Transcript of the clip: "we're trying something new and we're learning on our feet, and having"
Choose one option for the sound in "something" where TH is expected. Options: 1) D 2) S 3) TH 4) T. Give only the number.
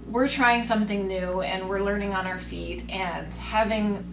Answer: 3